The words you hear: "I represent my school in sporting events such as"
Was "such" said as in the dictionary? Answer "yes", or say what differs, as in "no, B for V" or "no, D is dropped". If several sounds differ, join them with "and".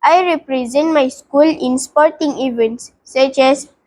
yes